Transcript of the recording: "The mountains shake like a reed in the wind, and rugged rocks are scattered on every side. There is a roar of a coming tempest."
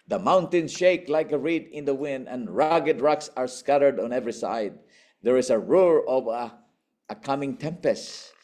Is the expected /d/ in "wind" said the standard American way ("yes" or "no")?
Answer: yes